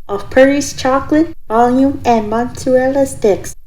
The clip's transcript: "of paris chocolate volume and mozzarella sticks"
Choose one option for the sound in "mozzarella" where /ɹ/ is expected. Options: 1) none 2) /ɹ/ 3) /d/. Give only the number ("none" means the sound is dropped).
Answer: 1